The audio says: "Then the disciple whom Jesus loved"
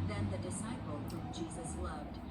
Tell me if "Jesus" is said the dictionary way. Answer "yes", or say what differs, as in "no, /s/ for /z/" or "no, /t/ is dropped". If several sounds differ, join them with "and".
yes